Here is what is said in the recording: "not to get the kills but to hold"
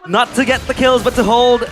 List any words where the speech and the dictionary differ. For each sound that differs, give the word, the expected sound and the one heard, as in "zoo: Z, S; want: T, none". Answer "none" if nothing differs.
none